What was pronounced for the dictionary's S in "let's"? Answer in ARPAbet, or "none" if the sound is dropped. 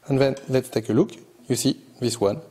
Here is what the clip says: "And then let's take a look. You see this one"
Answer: none